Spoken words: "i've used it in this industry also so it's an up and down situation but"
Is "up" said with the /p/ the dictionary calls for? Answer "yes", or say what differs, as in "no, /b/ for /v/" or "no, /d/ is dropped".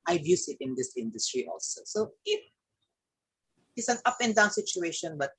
yes